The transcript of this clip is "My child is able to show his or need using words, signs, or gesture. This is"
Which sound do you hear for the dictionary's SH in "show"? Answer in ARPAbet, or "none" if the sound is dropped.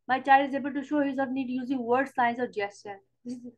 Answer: SH